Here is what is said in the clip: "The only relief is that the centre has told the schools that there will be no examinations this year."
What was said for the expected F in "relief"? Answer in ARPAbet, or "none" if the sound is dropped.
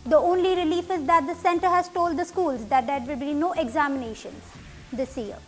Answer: F